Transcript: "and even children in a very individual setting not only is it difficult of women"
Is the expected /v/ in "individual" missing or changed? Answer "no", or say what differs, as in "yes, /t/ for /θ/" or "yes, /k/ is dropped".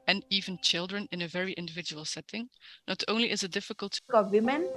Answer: no